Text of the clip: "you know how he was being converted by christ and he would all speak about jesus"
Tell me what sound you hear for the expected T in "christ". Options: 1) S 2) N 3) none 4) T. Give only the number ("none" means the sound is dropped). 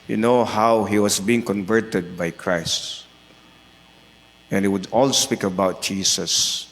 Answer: 4